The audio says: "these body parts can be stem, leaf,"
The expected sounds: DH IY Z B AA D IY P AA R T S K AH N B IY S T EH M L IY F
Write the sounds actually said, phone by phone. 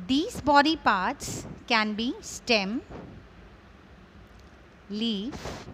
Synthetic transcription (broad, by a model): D IY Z B AA D IY P AA R T S K AH N B IY S T EH M L IY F